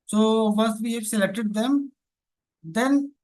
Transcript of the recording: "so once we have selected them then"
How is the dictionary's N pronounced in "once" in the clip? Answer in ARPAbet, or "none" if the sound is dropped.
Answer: none